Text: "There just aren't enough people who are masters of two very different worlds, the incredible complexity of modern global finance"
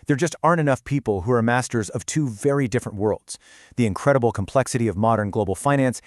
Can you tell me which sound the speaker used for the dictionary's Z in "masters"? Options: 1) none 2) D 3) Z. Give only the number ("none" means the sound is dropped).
3